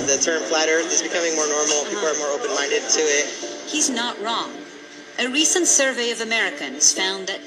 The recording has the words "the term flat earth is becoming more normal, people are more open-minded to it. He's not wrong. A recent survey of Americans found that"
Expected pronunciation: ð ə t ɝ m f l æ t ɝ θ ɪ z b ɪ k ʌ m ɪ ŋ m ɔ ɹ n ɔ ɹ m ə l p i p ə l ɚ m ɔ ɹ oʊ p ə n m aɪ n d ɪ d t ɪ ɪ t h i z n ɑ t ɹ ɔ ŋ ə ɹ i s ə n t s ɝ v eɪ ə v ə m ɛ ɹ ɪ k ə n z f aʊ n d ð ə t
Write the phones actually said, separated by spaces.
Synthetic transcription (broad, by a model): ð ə t ɝ m f l æ t ɝ ɪ z b ɪ k ʌ m ɪ ŋ m ɔ ɹ n ɔ ɹ m l p i p l ɚ m ɔ ɹ oʊ p ə n m aɪ n d ɪ d t ɪ ɪ t h i z n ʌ t ɹ ɔ ŋ ə ɹ i s ə n t s ɝ v eɪ ə v ə m ɛ ɹ ɪ k ə n z f aʊ n ð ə t